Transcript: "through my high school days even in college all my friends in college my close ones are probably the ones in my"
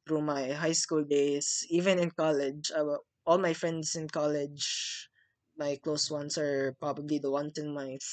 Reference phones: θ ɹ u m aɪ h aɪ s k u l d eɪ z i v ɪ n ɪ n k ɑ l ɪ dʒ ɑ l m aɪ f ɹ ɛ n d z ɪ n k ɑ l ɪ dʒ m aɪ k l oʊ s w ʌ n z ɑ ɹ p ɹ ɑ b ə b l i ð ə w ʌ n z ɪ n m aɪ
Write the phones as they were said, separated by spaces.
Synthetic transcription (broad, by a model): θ ɹ u m aɪ h aɪ s k u l d eɪ s i v ɪ n ɪ n k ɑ l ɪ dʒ ɑ l m aɪ f ɹ ɛ n d s ɪ n k ɑ l ɪ dʒ m aɪ k l oʊ s w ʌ n s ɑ ɹ p ɹ ɑ b ə b l i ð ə w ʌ n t ɪ n m aɪ